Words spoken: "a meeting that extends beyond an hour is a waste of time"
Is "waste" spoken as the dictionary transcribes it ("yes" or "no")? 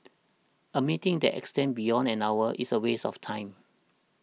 no